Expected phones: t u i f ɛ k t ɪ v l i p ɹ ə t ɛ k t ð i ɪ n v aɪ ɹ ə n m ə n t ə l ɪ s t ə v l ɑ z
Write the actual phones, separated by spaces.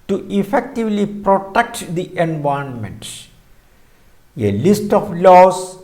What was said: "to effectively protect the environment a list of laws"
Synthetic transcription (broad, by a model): t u i f ɛ k t ɪ v l i p ɹ ə t ɛ k t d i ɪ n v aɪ ə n m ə n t ə l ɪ s t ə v l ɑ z